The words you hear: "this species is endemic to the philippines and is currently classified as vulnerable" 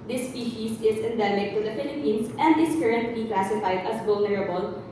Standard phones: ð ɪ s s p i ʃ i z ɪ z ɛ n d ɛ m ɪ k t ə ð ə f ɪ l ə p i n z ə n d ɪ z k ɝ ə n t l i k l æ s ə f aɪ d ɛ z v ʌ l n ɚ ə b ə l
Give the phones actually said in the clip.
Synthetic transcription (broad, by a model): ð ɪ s s p i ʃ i s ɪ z ɛ n d ɛ m ɪ k t ə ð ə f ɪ l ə p i n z ə n d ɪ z k ɝ ə n t l i k l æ s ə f aɪ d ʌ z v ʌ l n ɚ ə b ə l